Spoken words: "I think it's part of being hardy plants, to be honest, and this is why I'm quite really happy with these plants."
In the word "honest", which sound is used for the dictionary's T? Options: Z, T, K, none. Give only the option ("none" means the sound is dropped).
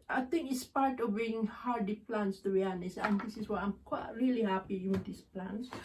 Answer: none